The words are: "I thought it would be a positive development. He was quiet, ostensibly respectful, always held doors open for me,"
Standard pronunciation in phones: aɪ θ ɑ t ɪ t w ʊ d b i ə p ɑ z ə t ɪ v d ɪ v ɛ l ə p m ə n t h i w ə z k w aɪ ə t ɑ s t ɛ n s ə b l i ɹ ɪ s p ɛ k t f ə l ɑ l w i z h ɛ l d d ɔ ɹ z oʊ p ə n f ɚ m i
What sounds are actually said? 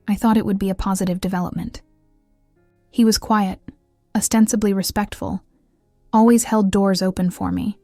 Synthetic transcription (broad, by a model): aɪ θ ɑ t ɪ t w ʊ d b i ə p ɑ z ə t ɪ v d ɪ v ɛ l ə p m ə n t h i w ə z k w aɪ ə t ɑ s t ɛ n s ə b l i ɹ ɪ s p ɛ k t f ə l ɑ l w i z h ɛ l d d ɔ ɹ z oʊ p ə n f ɚ m i